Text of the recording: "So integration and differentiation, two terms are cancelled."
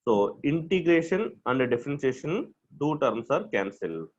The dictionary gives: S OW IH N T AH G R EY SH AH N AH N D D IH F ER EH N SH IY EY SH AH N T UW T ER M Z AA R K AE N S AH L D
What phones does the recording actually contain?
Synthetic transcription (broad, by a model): S OW IH N T AH G R EY SH AH N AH N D D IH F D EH N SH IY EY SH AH N T UW T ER M S AA R K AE N S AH L